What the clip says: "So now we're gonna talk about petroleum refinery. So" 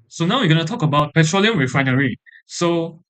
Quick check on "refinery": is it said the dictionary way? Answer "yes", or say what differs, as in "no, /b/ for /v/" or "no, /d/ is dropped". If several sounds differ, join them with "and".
no, /w/ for /ɹ/